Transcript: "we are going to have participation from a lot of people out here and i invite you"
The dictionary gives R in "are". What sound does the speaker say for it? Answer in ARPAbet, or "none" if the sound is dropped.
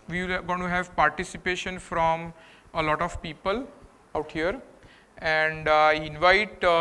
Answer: L